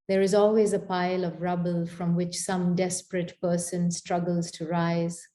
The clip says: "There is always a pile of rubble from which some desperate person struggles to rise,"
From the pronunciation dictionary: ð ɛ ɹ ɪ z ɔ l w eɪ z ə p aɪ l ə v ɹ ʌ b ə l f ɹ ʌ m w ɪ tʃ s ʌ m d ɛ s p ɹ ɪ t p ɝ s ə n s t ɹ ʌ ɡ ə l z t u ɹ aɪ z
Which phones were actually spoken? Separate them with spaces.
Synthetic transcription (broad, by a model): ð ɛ ɹ ɪ z ɔ l w eɪ z ə p aɪ l ə v ɹ ʌ b ə l f ɹ ʌ m w ɪ tʃ s ʌ m d ɛ s p ɹ ɪ t p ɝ s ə n s t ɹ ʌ ɡ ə l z t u ɹ aɪ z